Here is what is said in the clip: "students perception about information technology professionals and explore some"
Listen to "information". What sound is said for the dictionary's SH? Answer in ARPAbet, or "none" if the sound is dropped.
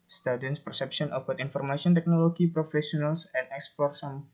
S